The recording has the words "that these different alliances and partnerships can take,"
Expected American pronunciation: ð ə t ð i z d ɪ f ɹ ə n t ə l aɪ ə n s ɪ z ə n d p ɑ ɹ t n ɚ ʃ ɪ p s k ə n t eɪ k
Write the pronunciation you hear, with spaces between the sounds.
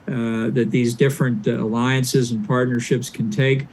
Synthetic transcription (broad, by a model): ð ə t ð i z d ɪ f ɹ ə n t ə l aɪ ə n s ɪ z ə n p ɑ ɹ t n ɚ ʃ ɪ p s k n t eɪ k